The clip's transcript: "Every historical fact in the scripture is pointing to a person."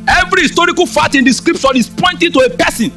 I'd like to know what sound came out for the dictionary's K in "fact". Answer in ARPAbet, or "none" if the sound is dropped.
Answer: none